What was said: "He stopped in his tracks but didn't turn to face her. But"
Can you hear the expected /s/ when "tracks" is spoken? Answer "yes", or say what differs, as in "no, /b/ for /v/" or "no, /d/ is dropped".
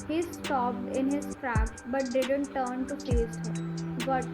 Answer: no, /s/ is dropped